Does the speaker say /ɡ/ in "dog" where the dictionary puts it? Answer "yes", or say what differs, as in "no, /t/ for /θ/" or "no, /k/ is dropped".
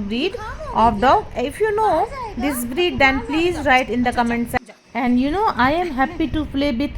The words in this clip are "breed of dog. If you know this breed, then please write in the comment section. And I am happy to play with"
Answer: no, /ɡ/ is dropped